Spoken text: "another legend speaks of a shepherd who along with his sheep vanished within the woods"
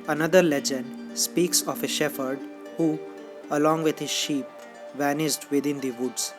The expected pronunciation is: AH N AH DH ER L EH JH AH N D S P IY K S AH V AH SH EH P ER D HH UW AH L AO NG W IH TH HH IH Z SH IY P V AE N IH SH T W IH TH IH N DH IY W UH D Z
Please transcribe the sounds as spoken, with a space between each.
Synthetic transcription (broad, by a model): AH N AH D ER L EH JH AH N D S P IY K S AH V AH SH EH F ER D HH UW AH L AO NG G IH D HH IH Z SH IY P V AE N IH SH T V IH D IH N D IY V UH D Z